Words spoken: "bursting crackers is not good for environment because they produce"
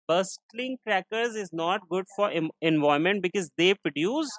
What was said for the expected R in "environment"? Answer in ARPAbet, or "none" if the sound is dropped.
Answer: none